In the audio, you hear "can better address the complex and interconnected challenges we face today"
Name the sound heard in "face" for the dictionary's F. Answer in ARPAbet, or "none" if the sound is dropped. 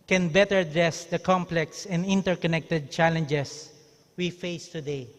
F